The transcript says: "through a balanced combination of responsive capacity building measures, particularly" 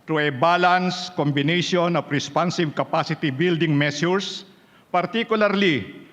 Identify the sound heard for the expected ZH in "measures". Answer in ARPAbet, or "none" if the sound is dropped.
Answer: S